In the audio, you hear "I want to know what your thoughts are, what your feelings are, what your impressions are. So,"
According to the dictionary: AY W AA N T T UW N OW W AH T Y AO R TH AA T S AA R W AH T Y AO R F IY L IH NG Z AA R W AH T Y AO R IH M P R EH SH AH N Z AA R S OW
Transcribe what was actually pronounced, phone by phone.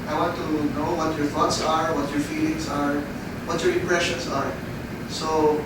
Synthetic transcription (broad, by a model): AY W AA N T T UW N OW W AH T Y AO R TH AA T S AA R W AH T Y AO R F IY L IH NG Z AA R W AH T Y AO R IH P R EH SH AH N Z AA R S OW